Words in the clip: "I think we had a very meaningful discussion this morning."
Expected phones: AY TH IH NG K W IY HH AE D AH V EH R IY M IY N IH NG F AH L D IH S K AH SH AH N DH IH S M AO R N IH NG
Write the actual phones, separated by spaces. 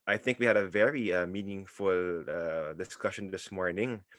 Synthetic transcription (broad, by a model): AY TH IH NG K W IY HH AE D AH V EH R IY M IY N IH NG F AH L D IH S K AH SH AH N DH IH S M AO R N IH NG